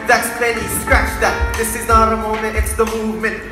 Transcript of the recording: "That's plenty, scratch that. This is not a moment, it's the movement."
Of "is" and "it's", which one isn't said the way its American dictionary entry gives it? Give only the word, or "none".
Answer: none